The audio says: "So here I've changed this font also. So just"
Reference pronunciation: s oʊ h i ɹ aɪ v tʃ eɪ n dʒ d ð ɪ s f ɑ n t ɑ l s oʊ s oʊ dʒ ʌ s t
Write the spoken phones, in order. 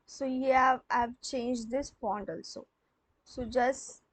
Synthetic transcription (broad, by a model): s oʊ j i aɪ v tʃ eɪ n dʒ d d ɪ s p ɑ n t ɑ l s oʊ s oʊ dʒ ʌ s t